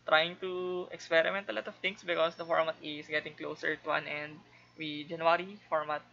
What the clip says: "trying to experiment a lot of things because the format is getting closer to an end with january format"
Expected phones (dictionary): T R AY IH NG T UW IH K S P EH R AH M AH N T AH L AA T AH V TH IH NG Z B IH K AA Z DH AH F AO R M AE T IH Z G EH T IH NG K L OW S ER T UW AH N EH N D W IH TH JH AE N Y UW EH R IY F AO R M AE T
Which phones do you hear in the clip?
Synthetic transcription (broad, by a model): T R AY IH NG T UW IH K S P EH R AH M AH N T AH L AA T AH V T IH NG S B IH K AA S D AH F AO R M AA T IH S G EH T IH NG K L OW S ER T UW AH N EH N D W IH JH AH N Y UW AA R IY F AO R M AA T